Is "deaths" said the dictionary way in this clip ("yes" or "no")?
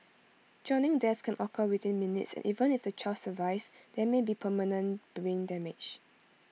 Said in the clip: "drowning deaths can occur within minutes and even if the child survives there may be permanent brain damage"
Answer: no